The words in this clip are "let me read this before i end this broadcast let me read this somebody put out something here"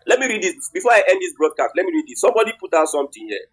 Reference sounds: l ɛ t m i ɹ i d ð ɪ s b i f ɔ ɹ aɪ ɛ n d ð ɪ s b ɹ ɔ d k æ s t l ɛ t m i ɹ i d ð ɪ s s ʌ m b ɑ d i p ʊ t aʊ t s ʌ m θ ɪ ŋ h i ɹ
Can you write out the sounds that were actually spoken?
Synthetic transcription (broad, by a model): l ɛ t m i ɹ i d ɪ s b i f ɔ aɪ ɛ n d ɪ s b ɹ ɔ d k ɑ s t l ɛ t m i ɹ i d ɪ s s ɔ m b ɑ d i p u t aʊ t s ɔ m t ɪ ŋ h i